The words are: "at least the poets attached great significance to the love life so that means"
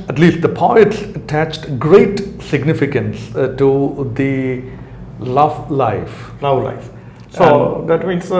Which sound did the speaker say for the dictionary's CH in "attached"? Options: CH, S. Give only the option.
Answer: CH